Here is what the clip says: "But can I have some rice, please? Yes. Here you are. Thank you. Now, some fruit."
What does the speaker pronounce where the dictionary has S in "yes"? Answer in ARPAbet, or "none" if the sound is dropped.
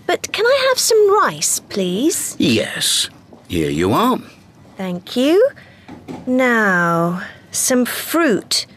S